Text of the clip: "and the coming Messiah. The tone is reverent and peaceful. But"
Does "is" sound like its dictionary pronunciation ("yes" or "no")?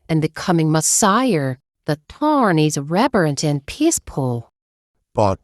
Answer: yes